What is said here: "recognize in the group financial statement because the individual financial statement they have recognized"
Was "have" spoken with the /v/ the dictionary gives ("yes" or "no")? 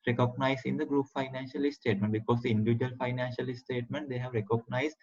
yes